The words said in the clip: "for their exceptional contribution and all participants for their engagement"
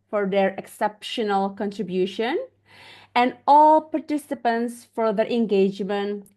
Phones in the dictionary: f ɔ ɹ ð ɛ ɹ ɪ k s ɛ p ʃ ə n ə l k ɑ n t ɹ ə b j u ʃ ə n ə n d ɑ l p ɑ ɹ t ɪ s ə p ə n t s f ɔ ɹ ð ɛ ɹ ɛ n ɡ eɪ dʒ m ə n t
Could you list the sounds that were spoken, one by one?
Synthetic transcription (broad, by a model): f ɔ ɹ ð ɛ ɹ ɪ k s ɛ p ʃ ə n ə l k ɑ n t ɹ ə b j u ʃ ə n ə n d ɑ l p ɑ ɹ t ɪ s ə p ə n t s f ɔ ɹ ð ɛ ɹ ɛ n ɡ eɪ dʒ m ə n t